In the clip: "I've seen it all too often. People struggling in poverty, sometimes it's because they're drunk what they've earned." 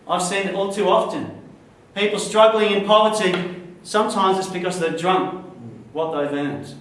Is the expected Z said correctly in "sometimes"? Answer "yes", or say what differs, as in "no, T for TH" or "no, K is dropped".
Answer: yes